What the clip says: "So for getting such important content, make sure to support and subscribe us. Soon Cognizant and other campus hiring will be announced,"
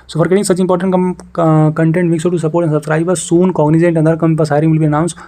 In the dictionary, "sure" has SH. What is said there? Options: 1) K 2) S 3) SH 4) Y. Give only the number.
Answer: 2